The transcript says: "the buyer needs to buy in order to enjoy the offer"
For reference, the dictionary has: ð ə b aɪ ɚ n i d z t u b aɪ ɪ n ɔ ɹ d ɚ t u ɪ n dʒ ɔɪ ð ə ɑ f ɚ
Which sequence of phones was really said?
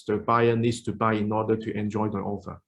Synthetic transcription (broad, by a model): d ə b aɪ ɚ n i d s t u b aɪ ɪ n ɔ d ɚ t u ɪ n dʒ ɔɪ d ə ɑ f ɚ